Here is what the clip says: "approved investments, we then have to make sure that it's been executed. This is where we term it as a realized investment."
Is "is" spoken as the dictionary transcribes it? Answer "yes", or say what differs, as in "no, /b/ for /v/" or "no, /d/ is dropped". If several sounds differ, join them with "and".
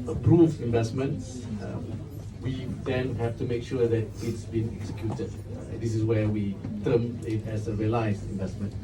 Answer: no, /s/ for /z/